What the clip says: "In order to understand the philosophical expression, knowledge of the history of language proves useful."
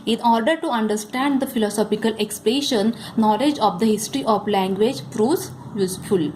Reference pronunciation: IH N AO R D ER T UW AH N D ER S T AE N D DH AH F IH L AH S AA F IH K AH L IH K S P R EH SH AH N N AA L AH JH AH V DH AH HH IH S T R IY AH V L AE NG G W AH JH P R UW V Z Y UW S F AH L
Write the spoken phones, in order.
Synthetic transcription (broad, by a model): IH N AO R D ER T UW AH N D ER S T AE N D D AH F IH L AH S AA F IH K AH L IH K S P L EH SH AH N N AA L AH JH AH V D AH HH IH S T R IY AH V L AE NG G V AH JH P R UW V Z Y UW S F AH L